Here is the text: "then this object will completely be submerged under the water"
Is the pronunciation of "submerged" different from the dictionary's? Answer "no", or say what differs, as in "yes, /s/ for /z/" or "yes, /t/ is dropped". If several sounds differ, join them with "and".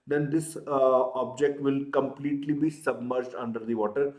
no